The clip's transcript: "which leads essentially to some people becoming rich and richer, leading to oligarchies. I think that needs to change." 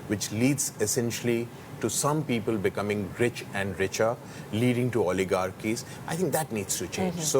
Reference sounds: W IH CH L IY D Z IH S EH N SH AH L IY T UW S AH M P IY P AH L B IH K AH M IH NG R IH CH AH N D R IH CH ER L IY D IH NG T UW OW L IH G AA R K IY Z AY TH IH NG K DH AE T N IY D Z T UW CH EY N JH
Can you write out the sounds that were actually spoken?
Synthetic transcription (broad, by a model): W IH CH L IY D Z IH S EH N SH AH L IY T UW S AH M P IY P AH L B IH K AH M IH NG R IH CH AH N D R IH CH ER L IY D IH NG T UW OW L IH G AA R K IY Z AY T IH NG K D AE T N IY D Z T UW CH EY N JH